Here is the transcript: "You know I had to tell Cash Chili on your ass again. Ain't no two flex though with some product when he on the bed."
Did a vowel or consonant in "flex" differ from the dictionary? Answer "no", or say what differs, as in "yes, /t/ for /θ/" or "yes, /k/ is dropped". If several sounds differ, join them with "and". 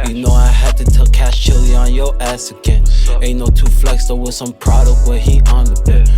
no